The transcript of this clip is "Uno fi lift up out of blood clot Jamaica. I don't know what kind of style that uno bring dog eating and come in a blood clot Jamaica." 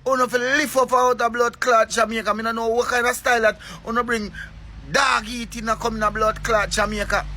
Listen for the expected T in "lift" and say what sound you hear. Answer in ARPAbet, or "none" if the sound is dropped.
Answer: none